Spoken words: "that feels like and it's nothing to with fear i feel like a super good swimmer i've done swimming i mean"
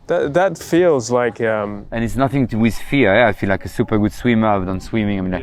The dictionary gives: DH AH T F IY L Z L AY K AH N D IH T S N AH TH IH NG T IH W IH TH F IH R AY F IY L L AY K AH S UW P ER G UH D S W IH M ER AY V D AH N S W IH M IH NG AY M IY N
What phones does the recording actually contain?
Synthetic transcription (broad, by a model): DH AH T F IY L Z L AY K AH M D IH T S N AH TH IH NG T IH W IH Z F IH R AY F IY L L AY K AH S UW P ER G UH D S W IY M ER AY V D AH N S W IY M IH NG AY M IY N